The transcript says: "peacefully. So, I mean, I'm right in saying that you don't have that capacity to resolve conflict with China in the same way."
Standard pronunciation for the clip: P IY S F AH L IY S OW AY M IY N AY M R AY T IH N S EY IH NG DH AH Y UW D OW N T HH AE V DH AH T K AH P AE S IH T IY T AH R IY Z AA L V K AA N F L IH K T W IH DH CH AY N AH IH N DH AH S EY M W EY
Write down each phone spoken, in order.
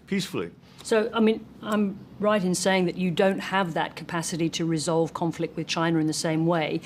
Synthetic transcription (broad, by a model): P IY S F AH L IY S OW AY M IY N AY M R AY T IH N S EY IH NG DH AH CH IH D OW N T HH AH V DH AH T K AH P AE S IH T IY T AH R IY Z AA L V K AA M F L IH K T W IH DH CH AY N AH IH N DH AH S EY M W EY